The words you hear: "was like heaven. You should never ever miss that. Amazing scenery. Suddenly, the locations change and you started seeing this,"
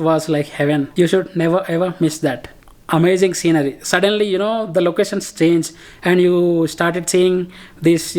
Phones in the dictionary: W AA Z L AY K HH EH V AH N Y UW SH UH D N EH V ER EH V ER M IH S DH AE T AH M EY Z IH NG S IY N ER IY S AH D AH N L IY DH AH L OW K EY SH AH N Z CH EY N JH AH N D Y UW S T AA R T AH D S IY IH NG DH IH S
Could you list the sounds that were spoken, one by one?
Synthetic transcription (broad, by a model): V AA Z L AY K HH EH V AH N Y UW SH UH D N EH V ER EH V ER M IH S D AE T AH M EY Z IH NG S IY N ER IY S AH D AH N L IY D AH L OW K EY SH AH N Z CH EY N JH AH N D Y UW S T AA R T AH D S IY IH NG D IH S